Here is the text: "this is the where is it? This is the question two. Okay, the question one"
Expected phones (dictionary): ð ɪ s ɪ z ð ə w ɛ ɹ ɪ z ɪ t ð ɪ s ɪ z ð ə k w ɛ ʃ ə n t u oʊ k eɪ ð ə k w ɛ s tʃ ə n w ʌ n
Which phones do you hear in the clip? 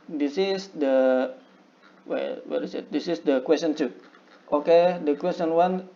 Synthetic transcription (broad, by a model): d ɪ s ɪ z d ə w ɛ w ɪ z ɪ t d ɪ s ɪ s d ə k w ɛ s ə n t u oʊ k eɪ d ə k w ɛ s tʃ ə n w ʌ n